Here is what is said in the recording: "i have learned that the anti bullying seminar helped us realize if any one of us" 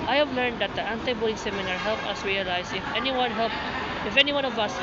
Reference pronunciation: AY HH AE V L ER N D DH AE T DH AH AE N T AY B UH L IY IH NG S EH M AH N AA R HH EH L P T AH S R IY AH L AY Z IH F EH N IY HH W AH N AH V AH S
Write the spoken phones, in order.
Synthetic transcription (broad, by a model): AY HH AE V L ER N D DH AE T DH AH AE N T AY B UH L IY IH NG S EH M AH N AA R HH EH L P AH S R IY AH L AY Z IH F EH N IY HH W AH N AH V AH S